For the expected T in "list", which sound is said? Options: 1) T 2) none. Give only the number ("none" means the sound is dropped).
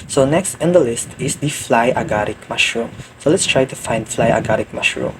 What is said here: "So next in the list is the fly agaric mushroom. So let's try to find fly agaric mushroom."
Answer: 1